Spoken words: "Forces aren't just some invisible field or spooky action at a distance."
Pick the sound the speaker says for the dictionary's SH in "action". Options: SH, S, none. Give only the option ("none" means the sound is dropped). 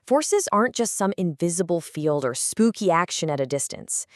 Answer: SH